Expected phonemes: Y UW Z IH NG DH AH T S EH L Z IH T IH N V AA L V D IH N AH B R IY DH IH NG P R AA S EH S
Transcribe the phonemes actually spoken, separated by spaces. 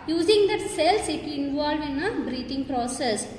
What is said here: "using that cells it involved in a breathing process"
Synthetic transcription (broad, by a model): Y UW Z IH NG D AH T S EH L S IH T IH N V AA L V IH N AH B R IY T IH NG P R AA S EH S